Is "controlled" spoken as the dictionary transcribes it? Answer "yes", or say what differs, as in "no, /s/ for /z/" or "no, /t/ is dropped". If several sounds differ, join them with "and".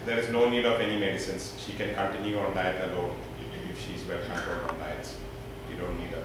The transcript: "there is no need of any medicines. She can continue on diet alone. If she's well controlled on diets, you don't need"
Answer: no, /ɹ/ is dropped